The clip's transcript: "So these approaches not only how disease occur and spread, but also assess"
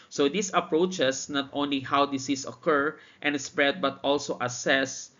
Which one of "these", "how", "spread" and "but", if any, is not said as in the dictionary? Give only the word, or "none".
these